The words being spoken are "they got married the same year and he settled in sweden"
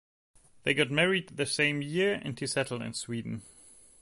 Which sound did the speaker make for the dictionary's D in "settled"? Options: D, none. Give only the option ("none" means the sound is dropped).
none